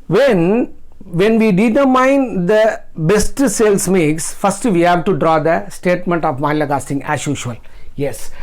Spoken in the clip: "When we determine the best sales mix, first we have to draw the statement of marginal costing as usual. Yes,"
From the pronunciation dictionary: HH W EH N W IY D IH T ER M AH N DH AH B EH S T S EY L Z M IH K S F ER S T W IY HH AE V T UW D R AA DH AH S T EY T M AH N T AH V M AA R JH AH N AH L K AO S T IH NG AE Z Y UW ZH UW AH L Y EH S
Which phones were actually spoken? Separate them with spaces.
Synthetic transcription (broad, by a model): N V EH N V IY D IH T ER M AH N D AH B EH S T S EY L S M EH K S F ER S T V IY HH AE V T UW D R AA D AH S T EY T M AH N T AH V M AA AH L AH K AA S T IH NG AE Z Y UW SH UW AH L Y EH S